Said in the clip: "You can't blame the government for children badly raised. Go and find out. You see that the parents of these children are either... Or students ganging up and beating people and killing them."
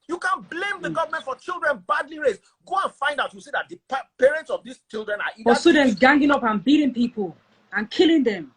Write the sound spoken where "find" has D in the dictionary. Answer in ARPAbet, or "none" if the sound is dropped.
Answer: D